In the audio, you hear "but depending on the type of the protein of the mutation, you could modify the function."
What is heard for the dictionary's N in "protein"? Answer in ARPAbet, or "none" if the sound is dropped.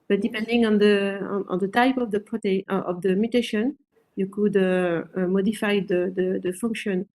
none